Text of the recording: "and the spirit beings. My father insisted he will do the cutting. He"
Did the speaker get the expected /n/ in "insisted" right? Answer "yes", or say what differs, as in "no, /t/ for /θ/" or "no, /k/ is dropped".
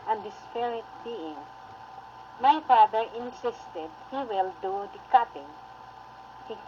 yes